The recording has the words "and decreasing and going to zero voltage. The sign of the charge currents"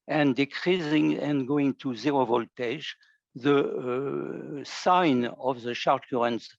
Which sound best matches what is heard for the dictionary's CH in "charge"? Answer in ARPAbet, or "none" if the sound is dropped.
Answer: SH